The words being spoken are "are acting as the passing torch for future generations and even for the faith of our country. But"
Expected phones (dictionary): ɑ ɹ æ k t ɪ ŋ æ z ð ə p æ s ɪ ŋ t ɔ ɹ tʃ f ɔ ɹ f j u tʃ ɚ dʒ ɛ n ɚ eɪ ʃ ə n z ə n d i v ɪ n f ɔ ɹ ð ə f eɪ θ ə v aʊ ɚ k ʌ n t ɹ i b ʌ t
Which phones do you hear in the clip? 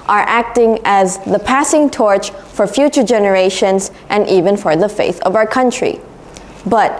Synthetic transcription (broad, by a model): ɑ ɹ æ k t ɪ ŋ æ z ð ə p æ s ɪ ŋ t ɔ ɹ tʃ f ɔ ɹ f j u tʃ ɚ dʒ ɛ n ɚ eɪ ʃ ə n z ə n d i v ɪ n f ɔ ɹ ð ə f eɪ θ ə v aʊ ɚ k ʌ n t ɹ i b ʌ t